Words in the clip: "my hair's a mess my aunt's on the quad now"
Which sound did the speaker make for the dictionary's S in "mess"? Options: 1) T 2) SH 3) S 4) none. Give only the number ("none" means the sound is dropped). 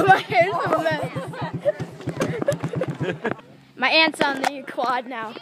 4